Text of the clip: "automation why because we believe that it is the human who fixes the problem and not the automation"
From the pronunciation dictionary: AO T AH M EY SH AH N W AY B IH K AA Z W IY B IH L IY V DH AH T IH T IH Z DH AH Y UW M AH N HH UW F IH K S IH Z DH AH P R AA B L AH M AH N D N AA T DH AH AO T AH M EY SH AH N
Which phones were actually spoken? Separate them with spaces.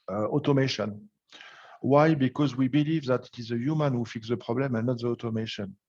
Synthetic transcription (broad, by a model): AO T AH M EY SH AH N W AY B IH K AA Z W IY B IH L IY V DH AH T IH T IH Z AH Y UW M AH N HH UW F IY K S DH AH P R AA B L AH M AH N N AA T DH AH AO T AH M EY SH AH N